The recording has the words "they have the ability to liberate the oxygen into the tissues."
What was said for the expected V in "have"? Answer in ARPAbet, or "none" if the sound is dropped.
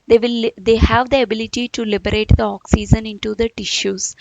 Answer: V